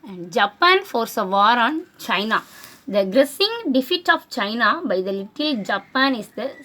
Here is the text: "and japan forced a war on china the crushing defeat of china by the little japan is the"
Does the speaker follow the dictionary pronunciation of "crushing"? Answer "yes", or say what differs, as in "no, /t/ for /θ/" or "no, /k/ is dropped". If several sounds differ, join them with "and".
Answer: no, /s/ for /ʃ/